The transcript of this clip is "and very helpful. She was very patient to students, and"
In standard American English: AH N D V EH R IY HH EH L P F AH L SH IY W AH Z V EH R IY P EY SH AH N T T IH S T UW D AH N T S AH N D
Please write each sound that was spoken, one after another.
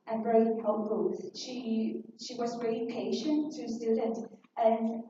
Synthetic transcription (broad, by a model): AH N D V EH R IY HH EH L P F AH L SH IY W AH Z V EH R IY P EY SH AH N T T IH S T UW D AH N T AH N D